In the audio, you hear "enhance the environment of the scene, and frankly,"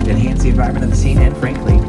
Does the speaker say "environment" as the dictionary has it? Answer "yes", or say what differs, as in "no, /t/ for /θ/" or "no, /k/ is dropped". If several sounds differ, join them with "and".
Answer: no, /ɹ/ is dropped and /n/ is dropped